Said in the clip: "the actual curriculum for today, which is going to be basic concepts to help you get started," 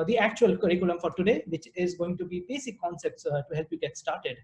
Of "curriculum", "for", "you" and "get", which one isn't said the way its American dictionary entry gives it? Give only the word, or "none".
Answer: none